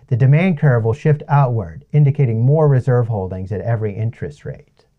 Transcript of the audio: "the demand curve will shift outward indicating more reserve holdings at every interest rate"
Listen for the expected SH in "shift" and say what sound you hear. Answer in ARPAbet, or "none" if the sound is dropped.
SH